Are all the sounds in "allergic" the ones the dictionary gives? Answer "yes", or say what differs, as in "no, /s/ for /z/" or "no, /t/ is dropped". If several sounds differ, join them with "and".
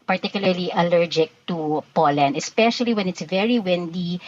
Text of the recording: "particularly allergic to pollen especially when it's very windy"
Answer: yes